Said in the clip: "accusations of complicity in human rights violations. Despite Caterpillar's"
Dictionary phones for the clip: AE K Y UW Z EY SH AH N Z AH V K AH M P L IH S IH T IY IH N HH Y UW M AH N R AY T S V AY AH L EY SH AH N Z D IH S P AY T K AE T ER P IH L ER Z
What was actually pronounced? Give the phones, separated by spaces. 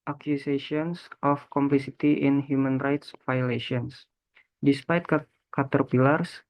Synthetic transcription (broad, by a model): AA K Y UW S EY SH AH N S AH F K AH M P L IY S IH T IY IH N HH Y UW M AH N R AY T S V AY L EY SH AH N S D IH S P AY T K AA T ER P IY L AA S